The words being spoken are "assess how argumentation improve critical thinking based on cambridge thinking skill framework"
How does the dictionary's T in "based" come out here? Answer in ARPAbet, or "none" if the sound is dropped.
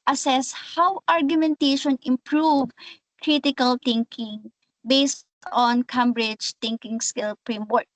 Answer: T